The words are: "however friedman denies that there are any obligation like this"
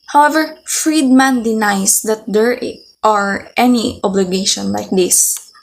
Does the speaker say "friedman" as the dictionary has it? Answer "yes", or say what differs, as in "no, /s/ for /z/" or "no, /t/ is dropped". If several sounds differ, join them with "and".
yes